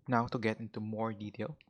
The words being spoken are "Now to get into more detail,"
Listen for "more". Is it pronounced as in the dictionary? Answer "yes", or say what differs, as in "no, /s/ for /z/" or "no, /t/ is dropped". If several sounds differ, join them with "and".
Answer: yes